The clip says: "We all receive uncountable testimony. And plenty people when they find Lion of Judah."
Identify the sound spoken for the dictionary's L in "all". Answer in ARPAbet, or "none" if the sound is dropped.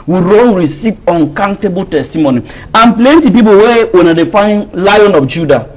N